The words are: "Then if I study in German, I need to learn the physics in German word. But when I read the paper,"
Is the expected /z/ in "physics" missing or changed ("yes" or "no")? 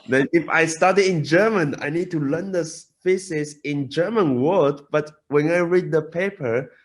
yes